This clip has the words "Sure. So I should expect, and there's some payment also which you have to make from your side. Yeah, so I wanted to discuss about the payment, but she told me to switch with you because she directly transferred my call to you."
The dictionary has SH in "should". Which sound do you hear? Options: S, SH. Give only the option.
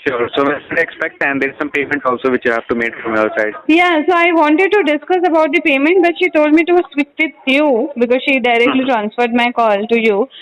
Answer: S